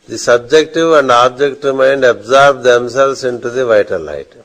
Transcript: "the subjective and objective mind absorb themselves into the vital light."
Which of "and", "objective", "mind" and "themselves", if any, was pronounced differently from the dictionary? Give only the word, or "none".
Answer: themselves